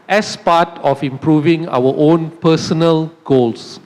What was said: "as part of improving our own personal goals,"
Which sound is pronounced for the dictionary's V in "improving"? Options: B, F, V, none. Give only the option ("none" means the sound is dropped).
V